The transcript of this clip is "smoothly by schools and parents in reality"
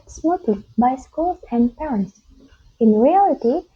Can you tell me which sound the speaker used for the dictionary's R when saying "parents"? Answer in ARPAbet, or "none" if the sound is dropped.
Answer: none